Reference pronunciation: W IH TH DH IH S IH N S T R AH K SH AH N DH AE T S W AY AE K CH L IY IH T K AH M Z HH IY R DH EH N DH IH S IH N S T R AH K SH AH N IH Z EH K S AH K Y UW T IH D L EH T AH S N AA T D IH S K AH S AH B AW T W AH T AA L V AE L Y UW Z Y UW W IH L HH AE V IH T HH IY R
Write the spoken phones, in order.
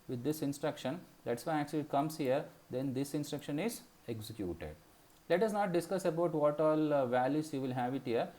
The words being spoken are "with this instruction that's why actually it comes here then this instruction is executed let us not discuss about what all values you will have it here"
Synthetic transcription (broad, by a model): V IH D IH S IH N S T R AH K SH AH N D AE T S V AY AE K CH L IY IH T K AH M S HH IY R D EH N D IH S IH N S T R AH K SH AH N IH Z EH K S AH K Y UW T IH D L EH T AH S N AA T D IH S K AH S AH B AW T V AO T AA L V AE L Y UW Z Y UW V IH L HH AE V IH T HH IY R